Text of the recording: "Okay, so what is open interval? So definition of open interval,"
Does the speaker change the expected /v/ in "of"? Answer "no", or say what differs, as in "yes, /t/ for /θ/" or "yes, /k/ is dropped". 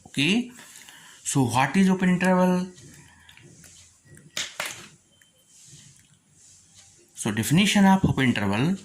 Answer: yes, /p/ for /v/